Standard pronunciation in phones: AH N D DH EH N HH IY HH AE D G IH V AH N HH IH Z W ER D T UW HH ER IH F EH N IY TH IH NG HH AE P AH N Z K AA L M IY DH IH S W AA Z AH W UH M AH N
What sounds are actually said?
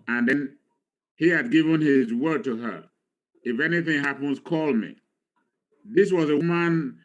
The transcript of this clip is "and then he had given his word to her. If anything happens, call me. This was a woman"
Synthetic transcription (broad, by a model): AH N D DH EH N HH IY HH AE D G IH V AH N HH IH Z W ER D T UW HH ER IH F EH N IY TH IH NG HH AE P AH N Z K AA L M IY DH IH S W AA Z AH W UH M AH N